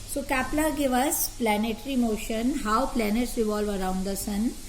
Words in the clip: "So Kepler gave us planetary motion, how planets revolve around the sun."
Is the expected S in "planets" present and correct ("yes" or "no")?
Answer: yes